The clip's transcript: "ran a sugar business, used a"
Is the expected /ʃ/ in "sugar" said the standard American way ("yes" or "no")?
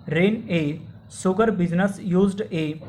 no